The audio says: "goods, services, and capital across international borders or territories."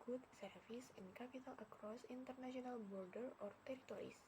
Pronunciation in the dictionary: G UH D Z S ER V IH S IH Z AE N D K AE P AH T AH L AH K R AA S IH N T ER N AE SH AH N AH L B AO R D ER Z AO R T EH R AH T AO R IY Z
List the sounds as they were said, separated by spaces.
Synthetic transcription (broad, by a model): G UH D S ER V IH S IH N K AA P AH T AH L AH K R AA S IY N T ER N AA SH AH N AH L B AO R D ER AO R T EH R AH T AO R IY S